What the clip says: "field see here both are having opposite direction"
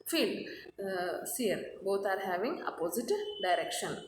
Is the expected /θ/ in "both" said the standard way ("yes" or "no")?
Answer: no